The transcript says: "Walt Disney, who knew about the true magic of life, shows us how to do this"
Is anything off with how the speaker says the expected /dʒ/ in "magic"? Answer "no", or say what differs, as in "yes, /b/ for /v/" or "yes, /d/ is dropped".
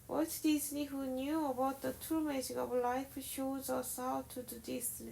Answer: yes, /z/ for /dʒ/